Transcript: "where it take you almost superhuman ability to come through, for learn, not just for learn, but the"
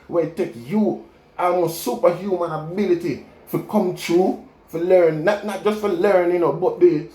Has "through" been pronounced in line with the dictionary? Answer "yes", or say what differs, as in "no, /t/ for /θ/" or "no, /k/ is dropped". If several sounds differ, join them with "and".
no, /t/ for /θ/